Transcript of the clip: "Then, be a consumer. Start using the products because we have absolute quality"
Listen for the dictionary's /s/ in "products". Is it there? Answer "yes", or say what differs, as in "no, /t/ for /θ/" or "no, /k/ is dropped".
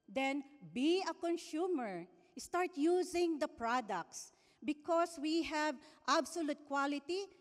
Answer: yes